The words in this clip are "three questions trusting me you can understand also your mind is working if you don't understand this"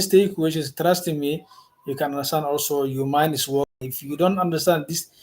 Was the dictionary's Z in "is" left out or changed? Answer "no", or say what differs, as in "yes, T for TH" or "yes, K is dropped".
yes, S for Z